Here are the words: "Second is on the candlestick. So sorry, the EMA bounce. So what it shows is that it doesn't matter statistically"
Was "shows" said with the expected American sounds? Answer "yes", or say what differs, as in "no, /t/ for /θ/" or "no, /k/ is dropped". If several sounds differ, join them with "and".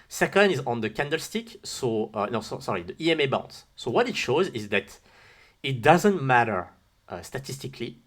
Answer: yes